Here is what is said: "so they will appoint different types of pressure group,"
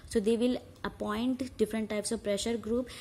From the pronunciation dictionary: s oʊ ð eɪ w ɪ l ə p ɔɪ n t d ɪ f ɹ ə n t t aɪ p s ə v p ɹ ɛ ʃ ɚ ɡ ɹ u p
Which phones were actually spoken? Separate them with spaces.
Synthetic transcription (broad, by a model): s oʊ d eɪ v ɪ l ə p ɔɪ n t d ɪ f ɹ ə n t t aɪ p s ə v p ɹ ɛ ʃ ɚ ɡ ɹ u p